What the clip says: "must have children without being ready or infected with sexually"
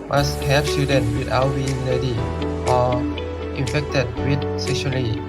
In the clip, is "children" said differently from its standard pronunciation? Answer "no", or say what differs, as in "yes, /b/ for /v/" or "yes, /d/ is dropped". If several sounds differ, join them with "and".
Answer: yes, /l/ is dropped